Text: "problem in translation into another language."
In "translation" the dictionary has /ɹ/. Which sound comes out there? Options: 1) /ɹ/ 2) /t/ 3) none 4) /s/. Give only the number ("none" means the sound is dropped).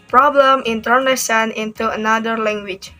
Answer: 3